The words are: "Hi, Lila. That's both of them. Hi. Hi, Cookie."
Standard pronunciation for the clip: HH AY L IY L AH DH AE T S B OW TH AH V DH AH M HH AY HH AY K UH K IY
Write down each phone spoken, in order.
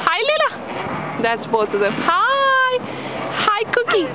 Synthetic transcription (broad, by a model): HH AY L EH L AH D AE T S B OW T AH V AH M HH AY HH AY K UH K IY